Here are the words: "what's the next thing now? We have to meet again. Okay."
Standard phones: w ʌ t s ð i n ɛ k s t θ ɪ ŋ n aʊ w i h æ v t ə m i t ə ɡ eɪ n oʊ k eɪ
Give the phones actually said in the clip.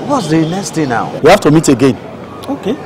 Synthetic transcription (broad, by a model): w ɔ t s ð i n ɛ k s t t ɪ n aʊ w i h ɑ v t ə m i t ə ɡ eɪ n oʊ k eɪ